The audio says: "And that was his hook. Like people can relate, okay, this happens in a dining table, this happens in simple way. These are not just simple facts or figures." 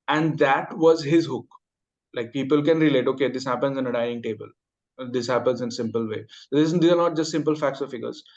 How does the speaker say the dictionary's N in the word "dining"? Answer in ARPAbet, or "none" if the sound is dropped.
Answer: none